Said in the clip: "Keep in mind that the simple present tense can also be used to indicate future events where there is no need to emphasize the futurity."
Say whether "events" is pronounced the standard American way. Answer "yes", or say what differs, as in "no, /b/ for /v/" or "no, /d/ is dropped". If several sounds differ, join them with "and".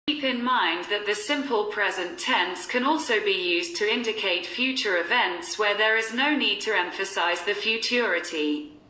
yes